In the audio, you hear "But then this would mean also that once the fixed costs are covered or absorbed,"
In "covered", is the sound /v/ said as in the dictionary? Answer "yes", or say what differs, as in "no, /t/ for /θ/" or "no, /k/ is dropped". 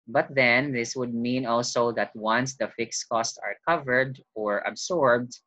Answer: yes